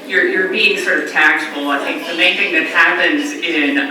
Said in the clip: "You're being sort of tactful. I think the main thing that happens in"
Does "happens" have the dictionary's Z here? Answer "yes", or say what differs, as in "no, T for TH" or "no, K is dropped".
yes